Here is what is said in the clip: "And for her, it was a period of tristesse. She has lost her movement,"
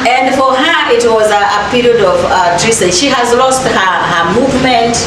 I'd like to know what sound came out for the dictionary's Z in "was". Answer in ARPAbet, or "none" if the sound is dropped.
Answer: Z